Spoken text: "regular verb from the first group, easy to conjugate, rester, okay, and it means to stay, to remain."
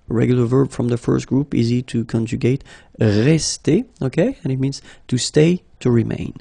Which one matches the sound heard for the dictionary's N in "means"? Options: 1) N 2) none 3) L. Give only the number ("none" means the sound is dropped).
1